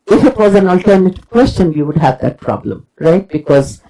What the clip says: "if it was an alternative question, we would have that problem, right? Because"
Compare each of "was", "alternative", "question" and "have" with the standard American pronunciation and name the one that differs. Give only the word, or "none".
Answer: none